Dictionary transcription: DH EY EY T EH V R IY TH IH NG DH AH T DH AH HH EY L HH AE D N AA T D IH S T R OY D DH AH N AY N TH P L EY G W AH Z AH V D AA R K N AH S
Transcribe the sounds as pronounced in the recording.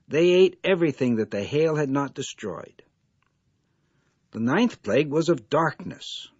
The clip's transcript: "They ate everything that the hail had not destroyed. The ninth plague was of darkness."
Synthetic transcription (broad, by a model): DH EY EY T EH V R IY TH IH NG DH AH T DH AH HH EY L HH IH D N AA T D IH S T R OY D DH AH N AY N TH P L EY G W AH Z AH V D AA R K N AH S